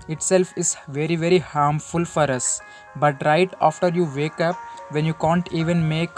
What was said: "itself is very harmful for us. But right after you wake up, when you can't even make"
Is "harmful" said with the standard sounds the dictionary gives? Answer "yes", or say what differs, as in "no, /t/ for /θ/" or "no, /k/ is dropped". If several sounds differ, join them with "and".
yes